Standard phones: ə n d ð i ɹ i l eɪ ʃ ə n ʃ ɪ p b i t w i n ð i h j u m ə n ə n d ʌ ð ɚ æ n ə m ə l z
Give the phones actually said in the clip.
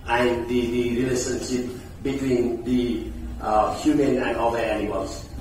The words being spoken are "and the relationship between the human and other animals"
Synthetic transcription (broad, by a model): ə n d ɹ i ɹ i l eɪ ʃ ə n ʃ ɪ p b i t w i n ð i h j u m ə n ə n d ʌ ɚ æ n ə m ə l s